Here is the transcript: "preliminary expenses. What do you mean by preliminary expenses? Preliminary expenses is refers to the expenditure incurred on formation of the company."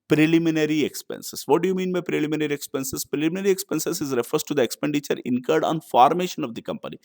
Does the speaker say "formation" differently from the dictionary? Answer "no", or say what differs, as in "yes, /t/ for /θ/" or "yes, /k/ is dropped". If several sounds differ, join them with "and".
no